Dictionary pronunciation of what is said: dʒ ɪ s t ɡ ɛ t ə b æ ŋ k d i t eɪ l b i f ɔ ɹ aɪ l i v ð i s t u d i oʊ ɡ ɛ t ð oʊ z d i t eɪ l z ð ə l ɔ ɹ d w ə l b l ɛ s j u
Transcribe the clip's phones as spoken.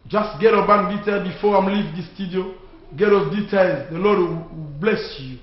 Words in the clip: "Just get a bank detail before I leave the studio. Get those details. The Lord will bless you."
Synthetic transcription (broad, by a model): dʒ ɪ s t ɡ ɛ t ə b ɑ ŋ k d i t eɪ l b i f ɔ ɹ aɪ l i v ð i s t u d i oʊ ɡ ɛ t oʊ d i t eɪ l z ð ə l ɔ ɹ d w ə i b l ɛ s j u